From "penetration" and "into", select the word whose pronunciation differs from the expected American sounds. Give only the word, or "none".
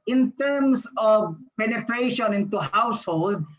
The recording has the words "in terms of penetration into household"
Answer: none